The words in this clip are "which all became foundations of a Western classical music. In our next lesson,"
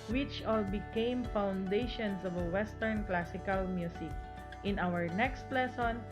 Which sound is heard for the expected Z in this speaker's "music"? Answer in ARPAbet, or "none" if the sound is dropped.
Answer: S